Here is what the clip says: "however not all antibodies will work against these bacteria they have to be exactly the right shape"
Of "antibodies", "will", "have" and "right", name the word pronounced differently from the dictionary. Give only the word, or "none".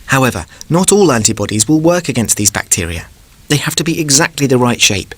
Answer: have